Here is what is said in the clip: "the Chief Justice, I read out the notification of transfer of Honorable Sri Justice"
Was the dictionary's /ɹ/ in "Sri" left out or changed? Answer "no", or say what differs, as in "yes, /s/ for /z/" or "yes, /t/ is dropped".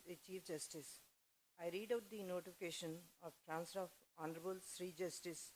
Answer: no